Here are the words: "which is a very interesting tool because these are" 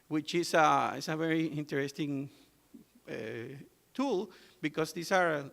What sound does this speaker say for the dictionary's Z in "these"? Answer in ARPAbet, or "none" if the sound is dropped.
S